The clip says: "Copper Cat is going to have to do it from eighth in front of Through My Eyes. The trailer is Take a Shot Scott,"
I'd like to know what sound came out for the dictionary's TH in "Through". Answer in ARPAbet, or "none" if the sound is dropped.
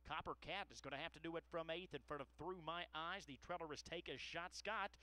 TH